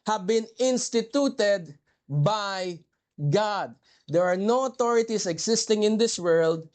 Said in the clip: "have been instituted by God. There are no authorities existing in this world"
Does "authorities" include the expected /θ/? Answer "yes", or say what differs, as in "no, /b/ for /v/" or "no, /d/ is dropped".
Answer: no, /t/ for /θ/